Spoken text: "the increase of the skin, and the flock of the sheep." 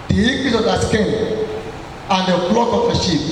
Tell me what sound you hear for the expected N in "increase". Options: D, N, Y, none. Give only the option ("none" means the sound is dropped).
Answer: none